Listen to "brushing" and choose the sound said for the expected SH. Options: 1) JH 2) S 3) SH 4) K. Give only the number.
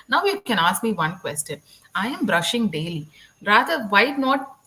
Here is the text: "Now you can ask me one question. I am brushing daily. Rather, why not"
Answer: 3